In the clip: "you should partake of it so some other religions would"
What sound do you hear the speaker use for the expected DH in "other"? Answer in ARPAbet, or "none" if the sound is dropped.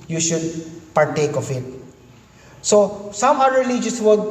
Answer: none